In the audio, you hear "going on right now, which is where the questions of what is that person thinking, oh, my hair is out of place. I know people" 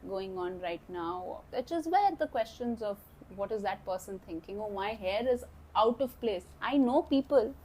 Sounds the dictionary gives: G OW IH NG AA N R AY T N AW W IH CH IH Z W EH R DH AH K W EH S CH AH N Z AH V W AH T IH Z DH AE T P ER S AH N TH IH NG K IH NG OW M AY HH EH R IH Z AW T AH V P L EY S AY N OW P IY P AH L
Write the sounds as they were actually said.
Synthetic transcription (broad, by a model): G OW IH NG AA N R AY T N AW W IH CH IH Z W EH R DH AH K W EH S CH AH N Z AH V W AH T IH Z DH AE T P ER S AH N T IH NG K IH NG OW M AY HH EH R IH Z AW T AH V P L EY S AY N OW P IY P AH L